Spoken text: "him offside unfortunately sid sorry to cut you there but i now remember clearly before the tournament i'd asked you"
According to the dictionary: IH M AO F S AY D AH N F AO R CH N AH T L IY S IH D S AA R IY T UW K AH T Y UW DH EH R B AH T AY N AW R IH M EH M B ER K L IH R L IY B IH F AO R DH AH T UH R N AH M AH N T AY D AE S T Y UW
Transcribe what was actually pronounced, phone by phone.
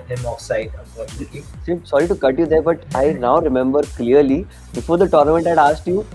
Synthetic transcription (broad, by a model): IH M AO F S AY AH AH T IY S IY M S AA R IY T UW K AH T Y UW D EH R B AH T AY N AW R IH M EH M B ER K L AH R L IY B IH F AO R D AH T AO R N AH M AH N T AY D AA S T Y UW